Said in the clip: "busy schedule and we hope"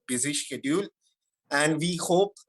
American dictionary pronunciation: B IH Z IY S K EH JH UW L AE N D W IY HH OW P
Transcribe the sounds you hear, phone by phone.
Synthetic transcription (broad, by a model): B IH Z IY SH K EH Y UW L AE N D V IY HH OW P